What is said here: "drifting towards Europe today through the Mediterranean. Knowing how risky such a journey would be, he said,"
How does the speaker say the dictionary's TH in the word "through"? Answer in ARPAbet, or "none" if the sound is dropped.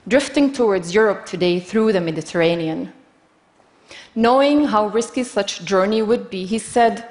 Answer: TH